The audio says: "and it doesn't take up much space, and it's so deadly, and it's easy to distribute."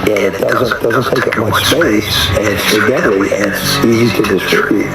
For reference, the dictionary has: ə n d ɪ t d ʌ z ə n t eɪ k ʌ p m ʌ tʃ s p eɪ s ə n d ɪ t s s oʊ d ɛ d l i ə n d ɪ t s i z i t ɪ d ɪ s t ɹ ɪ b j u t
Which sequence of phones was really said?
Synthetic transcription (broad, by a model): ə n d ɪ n d ʌ z ə n t eɪ k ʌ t m ʌ tʃ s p eɪ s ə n ɪ t s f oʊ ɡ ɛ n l i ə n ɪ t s i z i t ɪ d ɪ s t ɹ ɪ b j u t